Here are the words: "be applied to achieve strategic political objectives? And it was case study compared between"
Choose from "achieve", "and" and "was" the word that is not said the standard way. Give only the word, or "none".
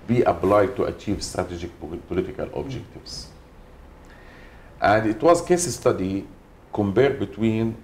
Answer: none